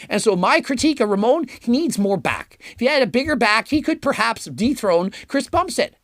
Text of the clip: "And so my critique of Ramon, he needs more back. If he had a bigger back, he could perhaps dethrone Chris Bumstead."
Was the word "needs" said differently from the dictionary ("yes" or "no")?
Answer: no